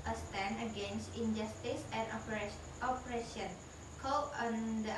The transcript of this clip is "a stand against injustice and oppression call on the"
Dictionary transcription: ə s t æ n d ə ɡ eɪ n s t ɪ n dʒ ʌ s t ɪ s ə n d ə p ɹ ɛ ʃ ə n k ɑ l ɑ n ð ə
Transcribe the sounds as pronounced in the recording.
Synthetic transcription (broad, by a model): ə s t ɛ n ə ɡ eɪ n s t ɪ n dʒ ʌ s t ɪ s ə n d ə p ɹ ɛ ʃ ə n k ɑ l ɑ n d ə